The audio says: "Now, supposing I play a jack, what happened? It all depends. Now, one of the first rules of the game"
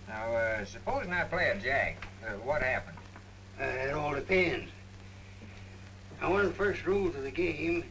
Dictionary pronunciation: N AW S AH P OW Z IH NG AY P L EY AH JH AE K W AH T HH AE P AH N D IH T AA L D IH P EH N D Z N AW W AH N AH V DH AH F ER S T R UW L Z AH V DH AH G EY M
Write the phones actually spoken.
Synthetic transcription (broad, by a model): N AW S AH P OW Z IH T P L EY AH JH AE K W AH T HH AE P AH N D IH T AA L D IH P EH N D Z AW W AH N AH V DH AH F ER S T R UW L Z AH V DH AH G EY M